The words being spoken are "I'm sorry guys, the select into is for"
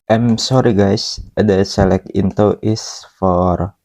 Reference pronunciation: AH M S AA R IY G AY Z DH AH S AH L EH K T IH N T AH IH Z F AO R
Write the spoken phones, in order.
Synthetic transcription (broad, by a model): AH M S AA R IY G AY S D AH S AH L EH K IH N T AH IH S F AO R